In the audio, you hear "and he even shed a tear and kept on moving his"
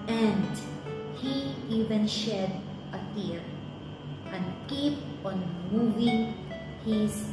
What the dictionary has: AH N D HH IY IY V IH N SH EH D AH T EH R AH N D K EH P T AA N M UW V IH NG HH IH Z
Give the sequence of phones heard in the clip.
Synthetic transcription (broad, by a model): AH N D HH IY IY V IH N SH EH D AH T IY R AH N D K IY P AA N M UW V IH NG HH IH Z